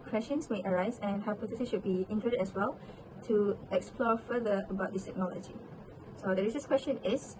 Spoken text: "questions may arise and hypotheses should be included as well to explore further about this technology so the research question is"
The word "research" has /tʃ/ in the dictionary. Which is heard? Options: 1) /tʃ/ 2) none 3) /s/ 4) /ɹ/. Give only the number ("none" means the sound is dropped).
3